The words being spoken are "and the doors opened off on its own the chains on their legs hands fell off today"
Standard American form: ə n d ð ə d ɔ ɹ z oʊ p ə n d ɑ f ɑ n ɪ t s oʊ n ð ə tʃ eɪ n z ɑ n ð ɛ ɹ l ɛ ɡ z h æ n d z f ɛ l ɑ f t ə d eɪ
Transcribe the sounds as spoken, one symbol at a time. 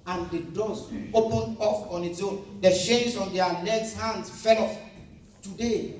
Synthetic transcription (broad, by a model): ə n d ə d ɔ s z oʊ p ə n d ɑ f ɑ n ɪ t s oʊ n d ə ʃ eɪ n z ɑ n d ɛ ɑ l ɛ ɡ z h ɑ n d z f ɛ l ɑ f t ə d eɪ